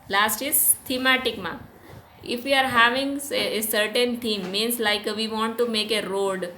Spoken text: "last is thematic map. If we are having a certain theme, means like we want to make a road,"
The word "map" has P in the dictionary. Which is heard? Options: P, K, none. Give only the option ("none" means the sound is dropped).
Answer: none